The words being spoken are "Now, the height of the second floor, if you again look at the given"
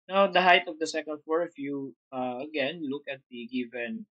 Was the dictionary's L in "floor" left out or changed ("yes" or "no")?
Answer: yes